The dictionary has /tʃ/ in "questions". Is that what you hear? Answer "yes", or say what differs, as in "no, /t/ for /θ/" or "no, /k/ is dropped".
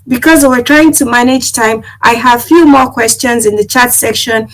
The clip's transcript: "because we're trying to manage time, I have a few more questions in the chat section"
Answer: yes